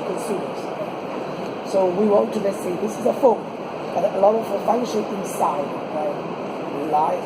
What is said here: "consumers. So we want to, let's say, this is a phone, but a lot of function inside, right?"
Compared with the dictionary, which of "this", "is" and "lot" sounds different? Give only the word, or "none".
none